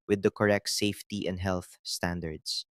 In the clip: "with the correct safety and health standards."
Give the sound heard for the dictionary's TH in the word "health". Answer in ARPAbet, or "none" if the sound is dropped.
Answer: TH